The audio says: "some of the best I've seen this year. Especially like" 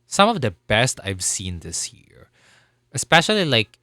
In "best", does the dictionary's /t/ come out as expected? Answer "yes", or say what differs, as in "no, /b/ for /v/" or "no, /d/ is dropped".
yes